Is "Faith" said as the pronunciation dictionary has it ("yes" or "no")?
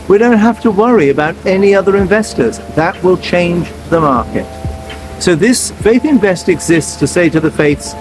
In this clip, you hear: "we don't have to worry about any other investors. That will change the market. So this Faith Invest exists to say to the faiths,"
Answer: yes